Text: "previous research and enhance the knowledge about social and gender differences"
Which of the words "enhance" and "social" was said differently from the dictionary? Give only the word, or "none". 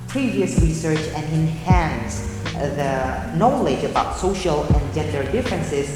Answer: none